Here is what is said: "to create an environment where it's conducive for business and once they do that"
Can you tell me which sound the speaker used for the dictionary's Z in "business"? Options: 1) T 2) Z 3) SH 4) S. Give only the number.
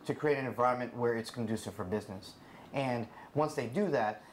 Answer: 2